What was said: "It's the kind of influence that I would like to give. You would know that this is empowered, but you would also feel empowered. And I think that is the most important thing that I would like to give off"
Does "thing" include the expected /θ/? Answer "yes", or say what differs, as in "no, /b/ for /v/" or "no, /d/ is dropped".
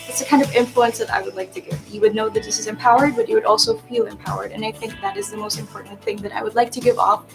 yes